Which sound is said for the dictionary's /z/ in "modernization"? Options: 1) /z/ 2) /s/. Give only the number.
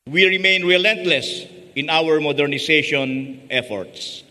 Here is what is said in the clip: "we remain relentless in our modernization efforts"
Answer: 2